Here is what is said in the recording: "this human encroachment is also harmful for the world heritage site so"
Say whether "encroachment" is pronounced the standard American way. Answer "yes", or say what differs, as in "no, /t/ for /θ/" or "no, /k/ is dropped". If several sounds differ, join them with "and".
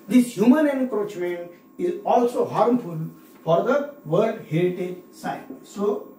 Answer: no, /t/ is dropped